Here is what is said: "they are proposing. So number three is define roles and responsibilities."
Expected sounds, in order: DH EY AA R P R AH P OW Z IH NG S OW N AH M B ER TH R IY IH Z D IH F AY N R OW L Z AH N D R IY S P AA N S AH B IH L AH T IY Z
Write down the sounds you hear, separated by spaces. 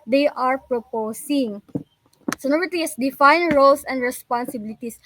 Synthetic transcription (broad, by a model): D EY AA R P R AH P OW S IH NG S OW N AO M ER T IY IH S D IH F AY N R OW L S AH N D R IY S P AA N S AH B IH L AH T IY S